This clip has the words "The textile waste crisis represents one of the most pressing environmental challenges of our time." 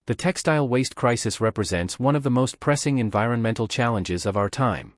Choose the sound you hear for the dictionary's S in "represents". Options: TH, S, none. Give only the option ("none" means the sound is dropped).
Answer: S